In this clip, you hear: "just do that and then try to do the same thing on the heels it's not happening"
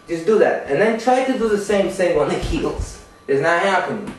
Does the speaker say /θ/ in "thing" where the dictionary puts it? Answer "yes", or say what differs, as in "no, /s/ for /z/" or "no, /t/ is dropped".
no, /s/ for /θ/